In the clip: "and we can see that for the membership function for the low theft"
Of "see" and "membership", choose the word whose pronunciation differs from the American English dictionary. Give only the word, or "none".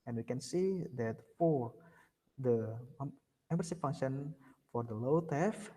membership